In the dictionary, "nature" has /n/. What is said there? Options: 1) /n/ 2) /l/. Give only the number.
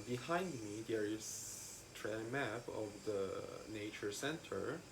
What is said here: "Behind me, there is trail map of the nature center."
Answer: 1